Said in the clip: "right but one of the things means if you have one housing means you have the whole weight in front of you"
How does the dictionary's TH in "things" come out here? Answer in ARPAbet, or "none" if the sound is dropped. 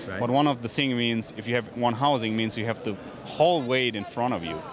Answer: S